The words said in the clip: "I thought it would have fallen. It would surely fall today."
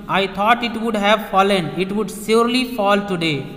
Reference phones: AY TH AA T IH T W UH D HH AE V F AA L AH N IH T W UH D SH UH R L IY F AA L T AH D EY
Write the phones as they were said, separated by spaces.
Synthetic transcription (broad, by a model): AY T AA T IH T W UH D HH AE V F AA L AH N IH T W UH D S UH R L IY F AA L T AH D EY